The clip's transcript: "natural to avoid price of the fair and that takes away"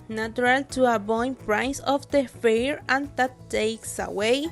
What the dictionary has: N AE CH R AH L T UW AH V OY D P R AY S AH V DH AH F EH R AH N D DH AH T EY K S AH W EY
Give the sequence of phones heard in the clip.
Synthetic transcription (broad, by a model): N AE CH R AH L T UW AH B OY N P R AY S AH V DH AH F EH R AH N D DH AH T EY K S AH W EY